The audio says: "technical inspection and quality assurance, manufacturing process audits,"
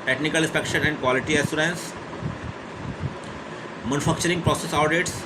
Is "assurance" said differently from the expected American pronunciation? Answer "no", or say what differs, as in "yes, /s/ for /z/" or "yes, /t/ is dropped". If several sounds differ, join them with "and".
yes, /s/ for /ʃ/